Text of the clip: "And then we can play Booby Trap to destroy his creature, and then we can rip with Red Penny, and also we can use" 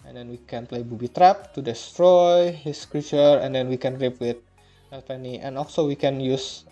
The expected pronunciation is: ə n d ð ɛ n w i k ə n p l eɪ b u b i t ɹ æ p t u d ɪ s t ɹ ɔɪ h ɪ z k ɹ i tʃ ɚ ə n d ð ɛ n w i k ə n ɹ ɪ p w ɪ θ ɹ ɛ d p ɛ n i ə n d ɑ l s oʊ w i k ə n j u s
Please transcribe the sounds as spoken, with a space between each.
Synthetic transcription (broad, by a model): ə n d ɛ n w i k ə n p l eɪ b u b i t ɹ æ p t u d ɪ s t ɹ ɔɪ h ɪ s k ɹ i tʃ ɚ ə n d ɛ n w i k ə n ɹ ɪ p w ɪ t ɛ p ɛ n i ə n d ɑ l s oʊ w i k ə n j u s